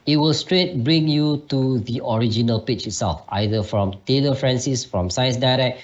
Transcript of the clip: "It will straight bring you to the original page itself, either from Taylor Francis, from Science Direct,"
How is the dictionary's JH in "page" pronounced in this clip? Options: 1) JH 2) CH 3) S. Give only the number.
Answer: 2